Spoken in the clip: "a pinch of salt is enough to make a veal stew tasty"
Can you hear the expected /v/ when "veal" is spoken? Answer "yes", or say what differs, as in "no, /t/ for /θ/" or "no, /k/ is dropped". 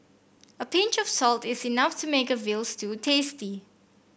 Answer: yes